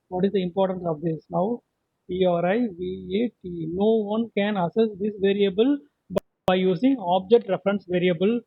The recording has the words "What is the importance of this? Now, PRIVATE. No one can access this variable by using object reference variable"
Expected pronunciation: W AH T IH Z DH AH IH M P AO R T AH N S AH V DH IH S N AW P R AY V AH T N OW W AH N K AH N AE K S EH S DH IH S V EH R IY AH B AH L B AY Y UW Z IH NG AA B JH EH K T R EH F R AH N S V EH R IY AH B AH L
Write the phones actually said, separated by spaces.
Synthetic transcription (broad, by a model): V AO T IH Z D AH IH M P AO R T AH N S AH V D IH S N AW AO R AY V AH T N OW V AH N K AH N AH S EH S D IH S V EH R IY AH B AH L B AY Y UW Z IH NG AA B JH EH K T R EH F R AH N S V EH R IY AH B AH L